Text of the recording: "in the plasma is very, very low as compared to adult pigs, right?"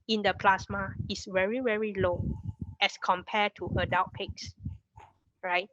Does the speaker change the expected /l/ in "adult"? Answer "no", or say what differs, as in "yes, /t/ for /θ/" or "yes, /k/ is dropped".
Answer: yes, /w/ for /l/